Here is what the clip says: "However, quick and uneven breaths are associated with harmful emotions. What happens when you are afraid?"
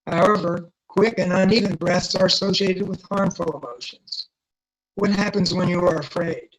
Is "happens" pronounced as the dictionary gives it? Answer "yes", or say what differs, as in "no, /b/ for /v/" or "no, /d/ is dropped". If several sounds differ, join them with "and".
yes